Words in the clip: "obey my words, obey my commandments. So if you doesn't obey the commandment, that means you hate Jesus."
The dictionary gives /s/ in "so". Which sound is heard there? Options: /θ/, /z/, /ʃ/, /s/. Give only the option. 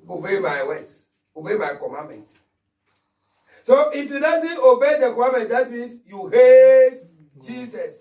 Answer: /s/